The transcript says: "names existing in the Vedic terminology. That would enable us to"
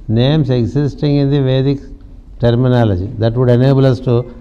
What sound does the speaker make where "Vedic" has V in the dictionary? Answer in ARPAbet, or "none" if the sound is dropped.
V